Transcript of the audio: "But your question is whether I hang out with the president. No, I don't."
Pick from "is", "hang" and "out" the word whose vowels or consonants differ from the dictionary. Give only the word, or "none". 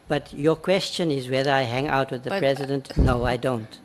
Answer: none